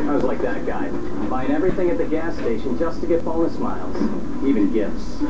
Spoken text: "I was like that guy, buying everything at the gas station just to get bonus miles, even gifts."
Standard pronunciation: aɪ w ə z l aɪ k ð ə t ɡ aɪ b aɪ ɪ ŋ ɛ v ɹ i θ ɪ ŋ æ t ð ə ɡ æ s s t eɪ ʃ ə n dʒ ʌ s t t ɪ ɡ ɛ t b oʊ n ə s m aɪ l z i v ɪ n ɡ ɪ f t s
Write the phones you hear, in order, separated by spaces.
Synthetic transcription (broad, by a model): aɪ w ə z l aɪ k ð ə t ɡ aɪ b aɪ ɪ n ɛ v ɹ i θ ɪ ŋ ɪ t ð ə ɡ æ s s t eɪ ʃ ə n dʒ ʌ s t t ɪ ɡ ɛ t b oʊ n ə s m aɪ l z i v ɪ n ɡ ɪ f t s